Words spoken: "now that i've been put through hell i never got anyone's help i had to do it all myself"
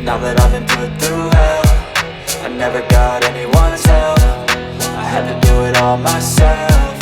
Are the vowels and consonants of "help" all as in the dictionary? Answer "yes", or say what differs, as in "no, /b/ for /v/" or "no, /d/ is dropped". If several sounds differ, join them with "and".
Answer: no, /f/ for /p/